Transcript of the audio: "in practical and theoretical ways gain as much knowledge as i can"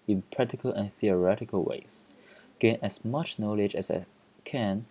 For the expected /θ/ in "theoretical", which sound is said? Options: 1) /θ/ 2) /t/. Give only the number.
1